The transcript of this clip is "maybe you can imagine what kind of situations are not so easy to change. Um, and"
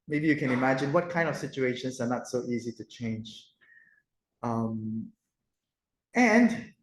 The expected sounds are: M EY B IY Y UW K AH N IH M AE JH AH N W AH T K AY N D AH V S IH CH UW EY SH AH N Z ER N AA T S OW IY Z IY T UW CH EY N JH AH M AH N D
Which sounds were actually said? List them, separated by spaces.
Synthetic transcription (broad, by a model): M EY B IY Y UW K AH N IH M AE JH AH N W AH T K AY N D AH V S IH CH UW EY SH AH N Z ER N AA T S OW IY Z IY T UW CH EY N JH AH M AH N D